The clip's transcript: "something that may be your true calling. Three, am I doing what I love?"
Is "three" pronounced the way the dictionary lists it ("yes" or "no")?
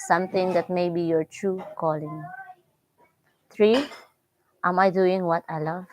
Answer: no